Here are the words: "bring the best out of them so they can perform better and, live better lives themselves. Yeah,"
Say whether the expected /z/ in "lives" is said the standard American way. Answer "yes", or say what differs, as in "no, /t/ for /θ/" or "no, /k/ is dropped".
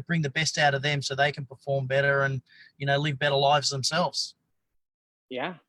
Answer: yes